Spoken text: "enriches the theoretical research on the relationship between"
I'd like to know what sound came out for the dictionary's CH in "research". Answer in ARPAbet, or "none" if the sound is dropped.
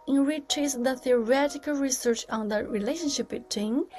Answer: CH